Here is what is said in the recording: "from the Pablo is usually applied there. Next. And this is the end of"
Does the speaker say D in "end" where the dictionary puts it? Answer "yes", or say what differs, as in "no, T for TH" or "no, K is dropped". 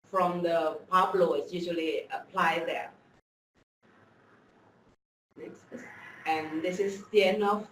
no, D is dropped